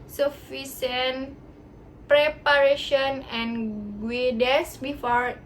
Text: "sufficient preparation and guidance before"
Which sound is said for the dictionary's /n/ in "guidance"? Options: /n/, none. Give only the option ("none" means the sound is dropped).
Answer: none